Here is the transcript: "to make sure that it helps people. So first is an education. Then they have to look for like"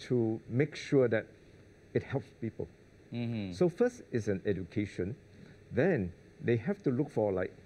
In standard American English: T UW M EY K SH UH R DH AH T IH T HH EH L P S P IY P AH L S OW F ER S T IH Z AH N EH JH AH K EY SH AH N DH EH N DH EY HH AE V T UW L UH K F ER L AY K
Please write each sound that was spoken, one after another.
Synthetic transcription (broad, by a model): T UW M EY K SH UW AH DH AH T IH T HH EH L P S P IY P AH L S OW F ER S T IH S AH N EH JH AH K EY SH AH N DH EH N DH EY HH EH F T UW L UH K F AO L AY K